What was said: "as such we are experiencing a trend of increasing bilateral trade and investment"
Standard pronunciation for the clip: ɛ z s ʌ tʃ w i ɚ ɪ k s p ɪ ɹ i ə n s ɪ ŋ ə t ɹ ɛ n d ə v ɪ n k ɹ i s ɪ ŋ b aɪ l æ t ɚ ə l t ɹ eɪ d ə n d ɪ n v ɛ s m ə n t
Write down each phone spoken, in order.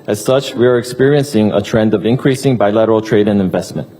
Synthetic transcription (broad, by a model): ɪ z s ʌ tʃ w i ɚ ɪ k s p ɪ ɹ i ə n s ɪ ŋ ə t ɹ ɛ n d ə v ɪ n k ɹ i s ɪ ŋ b aɪ l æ t ɚ l t ɹ eɪ d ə n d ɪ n v ɛ s m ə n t